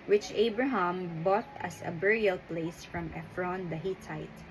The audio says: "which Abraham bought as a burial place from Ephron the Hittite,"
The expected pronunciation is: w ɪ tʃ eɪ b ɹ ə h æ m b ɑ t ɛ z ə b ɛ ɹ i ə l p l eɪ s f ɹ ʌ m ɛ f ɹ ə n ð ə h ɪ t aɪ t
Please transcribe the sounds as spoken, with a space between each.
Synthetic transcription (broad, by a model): w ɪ tʃ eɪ b ɹ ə h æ m b ɑ t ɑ s ə b ɛ ɹ i ə l p l eɪ s f ɹ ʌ m ɛ f ɹ ə n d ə h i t aɪ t